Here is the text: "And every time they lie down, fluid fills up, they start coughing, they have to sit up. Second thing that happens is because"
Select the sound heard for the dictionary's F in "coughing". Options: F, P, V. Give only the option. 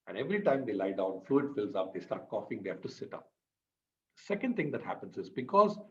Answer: F